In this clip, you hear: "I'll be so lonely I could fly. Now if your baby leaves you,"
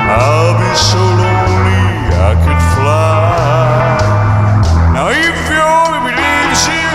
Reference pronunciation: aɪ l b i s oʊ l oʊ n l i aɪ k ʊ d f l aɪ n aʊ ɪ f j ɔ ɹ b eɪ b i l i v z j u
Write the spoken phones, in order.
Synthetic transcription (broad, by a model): aɪ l b i s oʊ l oʊ n l i aɪ k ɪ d f l aɪ n aʊ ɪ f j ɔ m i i z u